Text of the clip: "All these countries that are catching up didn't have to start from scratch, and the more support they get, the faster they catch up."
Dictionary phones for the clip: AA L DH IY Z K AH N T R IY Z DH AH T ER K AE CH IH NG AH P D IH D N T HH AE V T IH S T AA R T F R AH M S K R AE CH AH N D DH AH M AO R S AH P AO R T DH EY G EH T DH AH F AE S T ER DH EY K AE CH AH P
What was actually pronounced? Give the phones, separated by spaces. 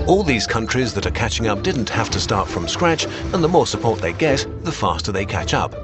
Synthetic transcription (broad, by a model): AA L DH IY Z K AH N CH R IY Z DH AH T ER K AE CH IH NG AH P D IH D N T HH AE F T IH S T AA R T F R AH M S K R AE CH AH N DH AH M AO R S AH P AO R T DH EY G EH T DH AH F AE S T ER DH EY K AE CH AH P